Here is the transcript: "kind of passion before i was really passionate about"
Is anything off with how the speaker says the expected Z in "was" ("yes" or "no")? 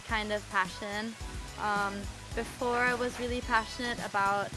no